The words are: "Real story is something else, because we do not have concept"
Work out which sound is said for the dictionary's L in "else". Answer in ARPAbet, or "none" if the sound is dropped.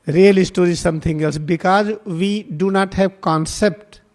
L